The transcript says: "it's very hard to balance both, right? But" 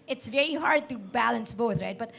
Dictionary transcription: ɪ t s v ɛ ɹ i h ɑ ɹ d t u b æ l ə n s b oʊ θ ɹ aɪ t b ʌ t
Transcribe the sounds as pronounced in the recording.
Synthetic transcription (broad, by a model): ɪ t s v ɛ ɹ i h ɑ ɹ d t u b æ l ə n s b oʊ t ɹ aɪ t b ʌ t